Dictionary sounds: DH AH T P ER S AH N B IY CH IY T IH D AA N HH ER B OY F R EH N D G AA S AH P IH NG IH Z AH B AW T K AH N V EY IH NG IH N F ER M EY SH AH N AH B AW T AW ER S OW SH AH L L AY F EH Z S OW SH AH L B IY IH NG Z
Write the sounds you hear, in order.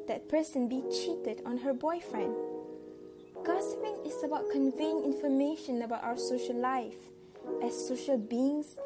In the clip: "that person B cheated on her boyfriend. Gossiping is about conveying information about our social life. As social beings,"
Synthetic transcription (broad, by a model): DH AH T P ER S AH N B IY CH IY T IH D AA N HH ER B OY F R EH N D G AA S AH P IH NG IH S AH B AW T K AH N V EY IH NG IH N F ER M EY SH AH N AH B AW T AW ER S OW SH AH L L AY F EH S OW SH AH L B IY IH NG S